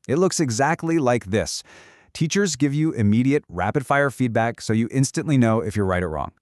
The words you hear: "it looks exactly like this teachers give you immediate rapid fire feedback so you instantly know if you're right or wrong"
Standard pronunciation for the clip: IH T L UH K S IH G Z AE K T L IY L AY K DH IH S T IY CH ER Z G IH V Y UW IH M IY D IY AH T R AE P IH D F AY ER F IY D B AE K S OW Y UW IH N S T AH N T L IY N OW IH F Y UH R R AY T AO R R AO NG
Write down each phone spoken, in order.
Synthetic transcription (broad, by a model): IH T L UH K S IH G Z AE K T L IY L AY K DH IH S T IY CH ER Z G IH V Y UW IH M IY D IY AH T R AE P IH D F AY ER F IY D B AE K S OW Y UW IH N S T AH N T L IY N OW IH F Y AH R R AY T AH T R AO NG